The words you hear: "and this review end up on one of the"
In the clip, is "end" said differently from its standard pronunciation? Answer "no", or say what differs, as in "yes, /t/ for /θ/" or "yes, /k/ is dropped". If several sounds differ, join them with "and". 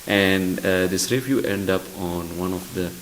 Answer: no